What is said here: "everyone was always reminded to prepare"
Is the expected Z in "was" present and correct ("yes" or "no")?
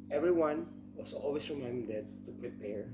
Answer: no